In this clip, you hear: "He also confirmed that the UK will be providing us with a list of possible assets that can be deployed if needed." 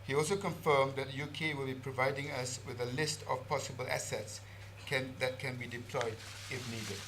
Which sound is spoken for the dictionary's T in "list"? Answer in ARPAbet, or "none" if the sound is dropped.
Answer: T